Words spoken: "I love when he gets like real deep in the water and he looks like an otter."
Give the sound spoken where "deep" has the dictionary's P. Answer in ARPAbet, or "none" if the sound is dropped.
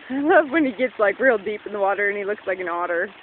P